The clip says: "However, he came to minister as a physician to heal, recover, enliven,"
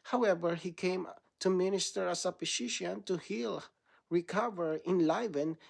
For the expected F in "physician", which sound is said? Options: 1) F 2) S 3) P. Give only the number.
3